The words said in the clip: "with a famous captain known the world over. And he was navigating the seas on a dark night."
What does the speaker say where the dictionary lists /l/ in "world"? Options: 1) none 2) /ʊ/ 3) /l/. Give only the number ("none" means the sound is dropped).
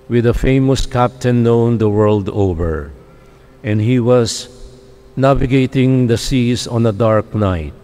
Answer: 3